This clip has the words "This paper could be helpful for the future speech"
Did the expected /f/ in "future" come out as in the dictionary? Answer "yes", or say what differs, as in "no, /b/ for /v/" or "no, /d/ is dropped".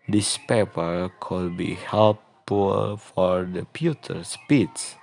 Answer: no, /p/ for /f/